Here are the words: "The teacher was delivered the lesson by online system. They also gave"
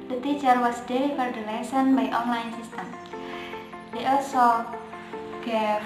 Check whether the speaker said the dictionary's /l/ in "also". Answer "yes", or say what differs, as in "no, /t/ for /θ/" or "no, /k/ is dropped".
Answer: yes